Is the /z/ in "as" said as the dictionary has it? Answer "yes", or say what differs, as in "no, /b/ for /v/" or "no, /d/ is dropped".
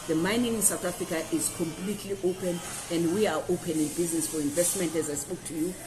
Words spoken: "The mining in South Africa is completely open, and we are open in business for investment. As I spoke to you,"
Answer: yes